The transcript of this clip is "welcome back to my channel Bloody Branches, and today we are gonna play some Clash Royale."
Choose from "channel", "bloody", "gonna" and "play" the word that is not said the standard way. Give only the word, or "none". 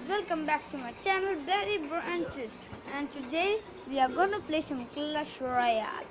bloody